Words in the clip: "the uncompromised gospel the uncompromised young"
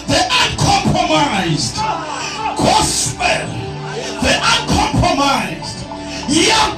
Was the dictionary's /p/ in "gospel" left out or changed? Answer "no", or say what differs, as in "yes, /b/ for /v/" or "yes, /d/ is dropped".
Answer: yes, /p/ is dropped